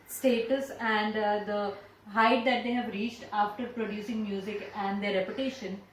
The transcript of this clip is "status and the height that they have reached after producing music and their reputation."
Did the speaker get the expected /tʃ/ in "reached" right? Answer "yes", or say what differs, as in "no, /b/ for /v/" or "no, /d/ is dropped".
yes